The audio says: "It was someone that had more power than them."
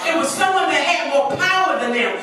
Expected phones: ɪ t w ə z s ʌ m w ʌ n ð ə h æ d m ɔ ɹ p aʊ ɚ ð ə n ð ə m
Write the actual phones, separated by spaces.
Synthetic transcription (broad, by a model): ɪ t w ə z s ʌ w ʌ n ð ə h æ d m ɔ ɹ p aʊ ɚ ð ə n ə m